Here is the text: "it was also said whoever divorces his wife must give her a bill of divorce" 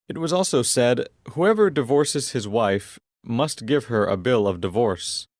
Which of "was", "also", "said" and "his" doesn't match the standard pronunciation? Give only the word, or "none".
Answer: none